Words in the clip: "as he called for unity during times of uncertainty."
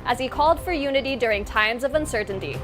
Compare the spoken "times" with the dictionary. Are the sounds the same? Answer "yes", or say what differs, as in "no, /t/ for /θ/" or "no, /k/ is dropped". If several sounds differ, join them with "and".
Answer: yes